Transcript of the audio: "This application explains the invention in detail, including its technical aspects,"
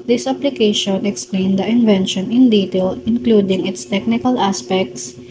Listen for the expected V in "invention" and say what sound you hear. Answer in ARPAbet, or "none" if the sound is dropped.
V